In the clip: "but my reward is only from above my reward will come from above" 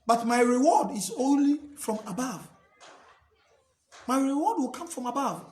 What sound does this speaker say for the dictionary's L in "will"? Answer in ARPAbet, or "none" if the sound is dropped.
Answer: L